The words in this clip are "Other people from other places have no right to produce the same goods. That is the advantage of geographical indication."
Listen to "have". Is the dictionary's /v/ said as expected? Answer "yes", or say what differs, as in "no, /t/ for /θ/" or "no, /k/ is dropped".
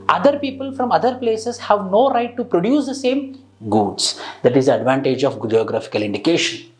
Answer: yes